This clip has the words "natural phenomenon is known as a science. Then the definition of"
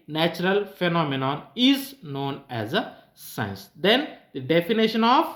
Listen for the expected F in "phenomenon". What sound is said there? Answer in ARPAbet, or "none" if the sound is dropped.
F